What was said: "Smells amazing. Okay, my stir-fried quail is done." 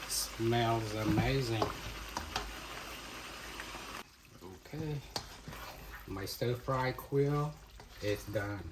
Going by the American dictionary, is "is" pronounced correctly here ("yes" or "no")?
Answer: no